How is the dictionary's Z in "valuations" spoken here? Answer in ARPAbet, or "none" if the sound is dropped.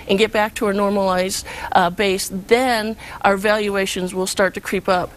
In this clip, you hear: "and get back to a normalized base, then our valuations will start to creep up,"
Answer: Z